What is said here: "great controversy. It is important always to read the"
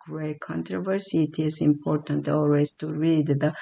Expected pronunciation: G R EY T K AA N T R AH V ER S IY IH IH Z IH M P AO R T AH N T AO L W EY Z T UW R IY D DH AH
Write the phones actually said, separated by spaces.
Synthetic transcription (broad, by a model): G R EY K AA N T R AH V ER S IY IH IH Z IH M P AO R T AH N T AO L W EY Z T UW R IY D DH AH